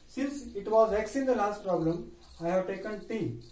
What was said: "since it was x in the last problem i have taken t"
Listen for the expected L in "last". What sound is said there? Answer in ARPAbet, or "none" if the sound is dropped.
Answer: L